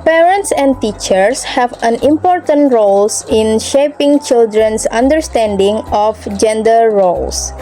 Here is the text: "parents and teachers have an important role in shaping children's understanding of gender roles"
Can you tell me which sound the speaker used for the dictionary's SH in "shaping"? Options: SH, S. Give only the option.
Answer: SH